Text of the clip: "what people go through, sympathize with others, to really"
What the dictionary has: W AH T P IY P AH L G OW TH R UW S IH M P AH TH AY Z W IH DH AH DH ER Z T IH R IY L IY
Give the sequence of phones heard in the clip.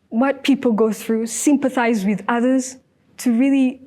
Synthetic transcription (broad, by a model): W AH T P IY P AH L G OW TH R UW S IH M P AH TH AY Z W IH DH AH DH ER Z T IH R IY L IY